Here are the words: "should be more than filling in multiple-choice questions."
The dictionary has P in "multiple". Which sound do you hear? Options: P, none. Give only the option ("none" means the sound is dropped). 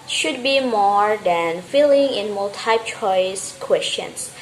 none